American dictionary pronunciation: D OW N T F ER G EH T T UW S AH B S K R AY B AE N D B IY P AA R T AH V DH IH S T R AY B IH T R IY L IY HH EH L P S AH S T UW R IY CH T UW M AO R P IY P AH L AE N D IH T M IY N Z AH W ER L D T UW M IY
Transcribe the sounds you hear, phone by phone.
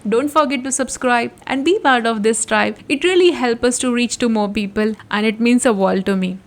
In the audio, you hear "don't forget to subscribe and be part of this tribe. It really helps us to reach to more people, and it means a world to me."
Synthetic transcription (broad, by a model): D OW N T F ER G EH T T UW S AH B S K R AY B AE N D B IY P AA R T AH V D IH S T R AY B IH T R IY L IY HH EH L P AH S T UW R IY CH T UW M AO R P IY P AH L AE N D IH T M IY N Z AH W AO L T UW M IY